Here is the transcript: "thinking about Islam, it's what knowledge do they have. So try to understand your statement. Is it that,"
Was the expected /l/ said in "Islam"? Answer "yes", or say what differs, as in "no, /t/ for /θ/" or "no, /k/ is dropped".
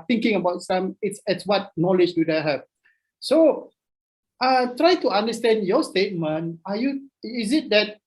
no, /l/ is dropped